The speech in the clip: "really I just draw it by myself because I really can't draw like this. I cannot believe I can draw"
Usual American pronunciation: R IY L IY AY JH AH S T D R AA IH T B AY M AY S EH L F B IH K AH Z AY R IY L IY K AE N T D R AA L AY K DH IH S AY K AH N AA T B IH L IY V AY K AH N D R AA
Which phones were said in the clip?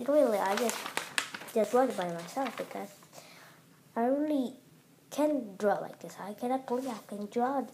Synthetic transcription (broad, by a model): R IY L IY AY JH AH S T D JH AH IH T B AY M AY S EH L F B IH K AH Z AY R IY L IY K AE N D R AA L AY K DH IH S AY K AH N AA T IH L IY AY K AH N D R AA